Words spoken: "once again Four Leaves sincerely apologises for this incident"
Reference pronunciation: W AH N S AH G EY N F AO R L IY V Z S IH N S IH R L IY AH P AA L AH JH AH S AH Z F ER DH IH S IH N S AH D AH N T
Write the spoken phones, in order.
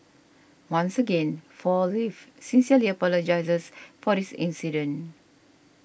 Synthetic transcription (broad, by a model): W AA N S AH G EY N F AO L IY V S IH N S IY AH L IY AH P AA L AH JH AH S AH S F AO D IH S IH N S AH D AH N